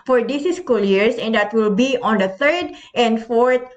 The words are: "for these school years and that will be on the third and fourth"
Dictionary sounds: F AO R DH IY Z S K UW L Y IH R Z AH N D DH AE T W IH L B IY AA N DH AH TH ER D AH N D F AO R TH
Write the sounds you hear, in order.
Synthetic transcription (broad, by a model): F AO R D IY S S K UW L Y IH R S AH N D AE T W IH L B IY AA N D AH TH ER D AH N D F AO R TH